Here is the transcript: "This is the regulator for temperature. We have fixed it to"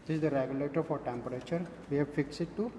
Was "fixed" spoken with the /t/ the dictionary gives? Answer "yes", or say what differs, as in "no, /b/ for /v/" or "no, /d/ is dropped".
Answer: no, /t/ is dropped